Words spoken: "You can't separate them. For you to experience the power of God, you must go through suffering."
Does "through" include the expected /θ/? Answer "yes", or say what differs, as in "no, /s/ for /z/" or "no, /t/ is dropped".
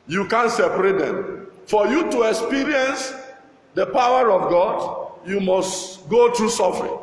no, /t/ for /θ/